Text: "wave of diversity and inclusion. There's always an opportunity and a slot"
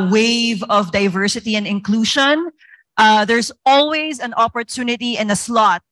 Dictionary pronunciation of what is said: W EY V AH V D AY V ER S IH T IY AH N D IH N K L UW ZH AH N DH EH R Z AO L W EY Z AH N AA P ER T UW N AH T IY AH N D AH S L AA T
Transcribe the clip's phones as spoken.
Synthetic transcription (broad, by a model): W EY V AH V D AY V ER S IH T IY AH N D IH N K L UW SH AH N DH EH R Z AO L W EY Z AH N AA P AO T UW N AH T IY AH N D AH S L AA T